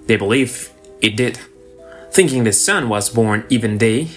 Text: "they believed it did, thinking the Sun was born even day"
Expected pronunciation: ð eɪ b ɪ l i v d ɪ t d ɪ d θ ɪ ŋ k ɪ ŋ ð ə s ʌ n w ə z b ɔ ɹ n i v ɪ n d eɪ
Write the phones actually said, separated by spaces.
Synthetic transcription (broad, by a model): ð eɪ b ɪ l i v ɪ t d ɪ d θ ɪ ŋ k ɪ ŋ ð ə s ʌ n w ə z b ɔ ɹ n i v ɪ n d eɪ